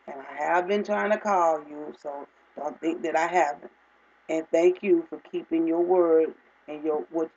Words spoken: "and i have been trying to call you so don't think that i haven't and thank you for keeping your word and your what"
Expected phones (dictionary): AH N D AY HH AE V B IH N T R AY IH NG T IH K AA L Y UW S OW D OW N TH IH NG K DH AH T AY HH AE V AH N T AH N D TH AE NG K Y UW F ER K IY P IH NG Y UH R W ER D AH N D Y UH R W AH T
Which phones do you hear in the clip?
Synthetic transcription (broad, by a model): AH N AY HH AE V B IH N T R AY IH NG T IH K AA L Y UW S OW D OW N TH IH NG K DH AH T AY HH AE V AH N T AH N TH AE NG K Y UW F ER K IY P IH NG Y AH R W ER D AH N Y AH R W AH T